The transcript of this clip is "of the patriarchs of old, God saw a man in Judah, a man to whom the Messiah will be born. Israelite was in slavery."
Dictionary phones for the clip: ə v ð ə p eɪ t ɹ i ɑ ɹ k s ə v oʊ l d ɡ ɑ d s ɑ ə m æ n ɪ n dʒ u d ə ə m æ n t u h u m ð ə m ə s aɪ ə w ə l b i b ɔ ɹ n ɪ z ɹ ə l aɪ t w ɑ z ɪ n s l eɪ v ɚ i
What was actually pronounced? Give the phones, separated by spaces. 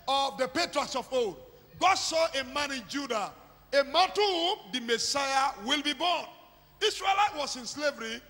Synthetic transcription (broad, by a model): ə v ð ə p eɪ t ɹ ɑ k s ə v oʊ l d ɡ ɑ d s ɑ ə m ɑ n ɪ n dʒ u d ə ə m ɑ n t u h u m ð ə m ə s aɪ ə w ə l b i b ɔ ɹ n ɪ s ɹ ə l aɪ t w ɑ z ɪ n s l eɪ v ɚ i